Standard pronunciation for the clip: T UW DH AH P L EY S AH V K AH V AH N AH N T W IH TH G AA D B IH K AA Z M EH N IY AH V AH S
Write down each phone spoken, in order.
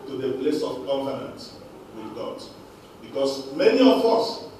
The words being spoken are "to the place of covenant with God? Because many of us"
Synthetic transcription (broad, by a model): T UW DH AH P L EY S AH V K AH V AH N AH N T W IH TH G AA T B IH K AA S M EH N IY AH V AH S